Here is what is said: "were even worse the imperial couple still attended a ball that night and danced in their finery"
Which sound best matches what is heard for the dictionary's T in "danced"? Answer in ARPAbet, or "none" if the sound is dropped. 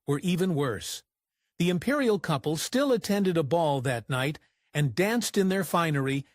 T